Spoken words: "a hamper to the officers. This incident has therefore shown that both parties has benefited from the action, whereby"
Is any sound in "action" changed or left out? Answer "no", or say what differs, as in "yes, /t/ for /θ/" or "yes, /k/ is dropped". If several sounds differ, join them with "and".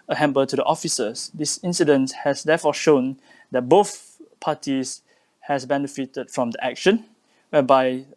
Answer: no